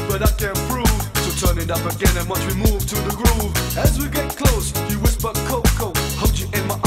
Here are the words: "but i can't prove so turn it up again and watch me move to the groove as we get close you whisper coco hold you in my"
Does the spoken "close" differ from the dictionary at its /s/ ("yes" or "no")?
no